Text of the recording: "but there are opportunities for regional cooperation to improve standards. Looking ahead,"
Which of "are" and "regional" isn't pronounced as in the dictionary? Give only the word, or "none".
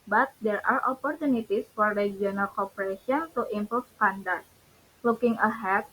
regional